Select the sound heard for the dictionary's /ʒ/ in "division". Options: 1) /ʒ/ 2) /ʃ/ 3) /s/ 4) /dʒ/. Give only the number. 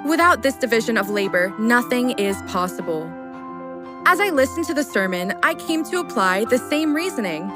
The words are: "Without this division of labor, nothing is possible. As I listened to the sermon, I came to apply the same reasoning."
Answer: 1